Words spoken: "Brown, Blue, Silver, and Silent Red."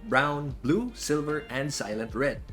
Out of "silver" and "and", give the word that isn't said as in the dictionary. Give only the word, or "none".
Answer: none